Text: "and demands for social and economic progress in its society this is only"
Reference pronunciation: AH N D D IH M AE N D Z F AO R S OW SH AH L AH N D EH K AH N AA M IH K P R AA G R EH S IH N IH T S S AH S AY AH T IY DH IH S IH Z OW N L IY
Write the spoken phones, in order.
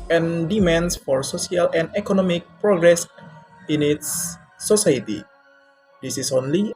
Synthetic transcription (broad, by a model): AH N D D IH M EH N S F AO R S OW S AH L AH N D EH K AH N AA M IH K P R AA G R EH S IH N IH T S S AH S AY AH T IY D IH S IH S OW N L IY